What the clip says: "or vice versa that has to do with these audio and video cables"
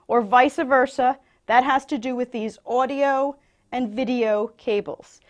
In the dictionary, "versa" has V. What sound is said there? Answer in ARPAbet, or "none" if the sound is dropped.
V